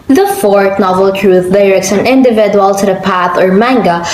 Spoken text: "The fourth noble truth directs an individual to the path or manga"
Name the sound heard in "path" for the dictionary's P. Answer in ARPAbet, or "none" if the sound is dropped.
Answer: P